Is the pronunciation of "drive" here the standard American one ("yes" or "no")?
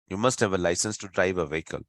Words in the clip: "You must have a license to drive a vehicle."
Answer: yes